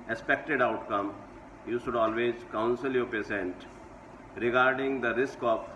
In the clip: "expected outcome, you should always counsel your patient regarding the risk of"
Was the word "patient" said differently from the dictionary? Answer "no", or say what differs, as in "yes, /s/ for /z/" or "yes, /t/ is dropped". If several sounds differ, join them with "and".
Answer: yes, /s/ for /ʃ/